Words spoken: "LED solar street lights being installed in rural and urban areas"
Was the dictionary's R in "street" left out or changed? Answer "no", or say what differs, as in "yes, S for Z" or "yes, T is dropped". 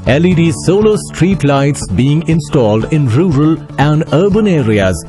no